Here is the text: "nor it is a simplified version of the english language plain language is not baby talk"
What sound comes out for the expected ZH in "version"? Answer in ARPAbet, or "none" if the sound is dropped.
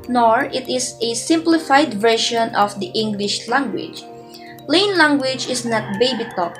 SH